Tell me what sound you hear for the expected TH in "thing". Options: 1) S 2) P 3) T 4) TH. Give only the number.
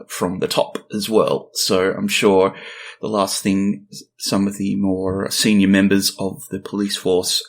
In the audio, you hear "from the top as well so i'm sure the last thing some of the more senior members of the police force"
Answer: 4